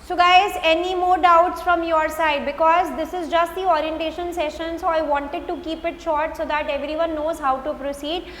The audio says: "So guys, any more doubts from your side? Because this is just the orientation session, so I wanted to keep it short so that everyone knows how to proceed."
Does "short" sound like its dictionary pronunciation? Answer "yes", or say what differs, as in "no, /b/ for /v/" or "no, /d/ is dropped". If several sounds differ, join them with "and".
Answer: yes